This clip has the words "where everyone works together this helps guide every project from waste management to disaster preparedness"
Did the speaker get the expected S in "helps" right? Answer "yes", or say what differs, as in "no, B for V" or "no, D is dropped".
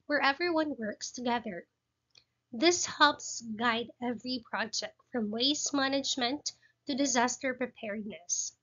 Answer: yes